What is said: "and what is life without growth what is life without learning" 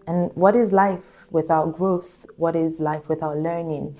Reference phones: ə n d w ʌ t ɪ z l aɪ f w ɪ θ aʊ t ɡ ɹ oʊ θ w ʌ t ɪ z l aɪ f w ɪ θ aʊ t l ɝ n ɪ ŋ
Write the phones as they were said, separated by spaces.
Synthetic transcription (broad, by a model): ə n w ʌ t ɪ z l aɪ f w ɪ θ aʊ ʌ ɡ ɹ oʊ θ w ʌ t ɪ z l aɪ f w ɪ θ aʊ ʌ l ɝ n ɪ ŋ